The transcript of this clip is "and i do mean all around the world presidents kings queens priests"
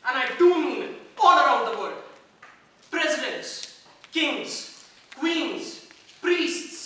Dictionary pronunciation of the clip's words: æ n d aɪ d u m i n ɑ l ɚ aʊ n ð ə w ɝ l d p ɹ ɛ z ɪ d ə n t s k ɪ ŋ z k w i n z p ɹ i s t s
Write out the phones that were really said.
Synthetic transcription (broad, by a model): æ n aɪ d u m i ɑ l ɚ aʊ n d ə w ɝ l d p ɹ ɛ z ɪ d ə n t s k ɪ ŋ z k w i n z p ɹ i s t s